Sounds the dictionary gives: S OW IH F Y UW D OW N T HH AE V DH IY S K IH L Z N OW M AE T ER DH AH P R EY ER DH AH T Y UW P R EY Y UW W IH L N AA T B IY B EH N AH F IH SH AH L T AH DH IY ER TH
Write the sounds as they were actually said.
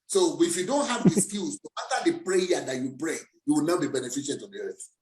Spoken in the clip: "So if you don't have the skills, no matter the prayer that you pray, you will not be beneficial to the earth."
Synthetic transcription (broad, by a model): S OW IH F Y UW D OW N T HH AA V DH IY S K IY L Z N OW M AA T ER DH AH P R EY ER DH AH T Y UW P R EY Y UW W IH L N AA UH B IY B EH N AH F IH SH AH N T AH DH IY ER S